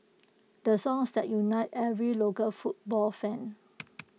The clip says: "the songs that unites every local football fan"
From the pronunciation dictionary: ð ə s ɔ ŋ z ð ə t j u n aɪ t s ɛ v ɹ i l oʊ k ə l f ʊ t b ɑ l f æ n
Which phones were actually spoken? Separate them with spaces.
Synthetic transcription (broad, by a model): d ə s ɔ ŋ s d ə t j u n aɪ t ɛ v ɹ i l oʊ k ə l f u t b ɑ l f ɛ n